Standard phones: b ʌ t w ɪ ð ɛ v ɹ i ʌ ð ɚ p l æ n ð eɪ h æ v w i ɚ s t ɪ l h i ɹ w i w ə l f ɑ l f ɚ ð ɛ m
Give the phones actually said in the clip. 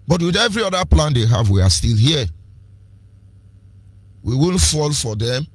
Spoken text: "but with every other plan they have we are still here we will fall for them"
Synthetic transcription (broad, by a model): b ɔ t w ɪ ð ɛ v ɹ i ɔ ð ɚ p l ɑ n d eɪ h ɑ v w i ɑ s t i l h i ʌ w i w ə n f ɑ l f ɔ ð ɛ m